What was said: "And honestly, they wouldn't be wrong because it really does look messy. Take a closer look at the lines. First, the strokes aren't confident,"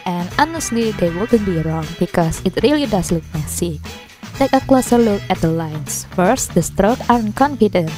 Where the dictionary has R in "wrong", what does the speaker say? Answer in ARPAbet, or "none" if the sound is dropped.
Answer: R